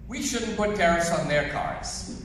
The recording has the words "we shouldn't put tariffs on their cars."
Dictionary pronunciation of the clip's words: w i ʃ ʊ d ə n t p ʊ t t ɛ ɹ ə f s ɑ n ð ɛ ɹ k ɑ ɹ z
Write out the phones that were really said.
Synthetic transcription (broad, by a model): w i ʃ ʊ d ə n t p ʊ t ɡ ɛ ɹ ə s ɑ n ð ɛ ɹ k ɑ ɹ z